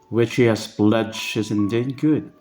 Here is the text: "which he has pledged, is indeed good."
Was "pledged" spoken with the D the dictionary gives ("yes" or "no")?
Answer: no